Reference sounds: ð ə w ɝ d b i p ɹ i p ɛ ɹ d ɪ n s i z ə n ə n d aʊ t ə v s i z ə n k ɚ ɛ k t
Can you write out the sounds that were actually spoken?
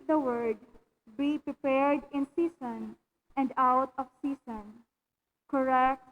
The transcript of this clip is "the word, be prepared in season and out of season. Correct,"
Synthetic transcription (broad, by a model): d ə w ɝ d b i p ɹ i p ɛ ɹ d ɪ n s i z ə n ə n d aʊ t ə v s i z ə n k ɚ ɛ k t